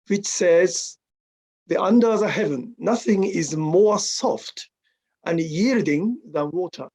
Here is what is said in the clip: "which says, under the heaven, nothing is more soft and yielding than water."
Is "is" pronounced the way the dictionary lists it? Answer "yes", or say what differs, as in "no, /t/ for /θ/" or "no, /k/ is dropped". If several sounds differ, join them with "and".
yes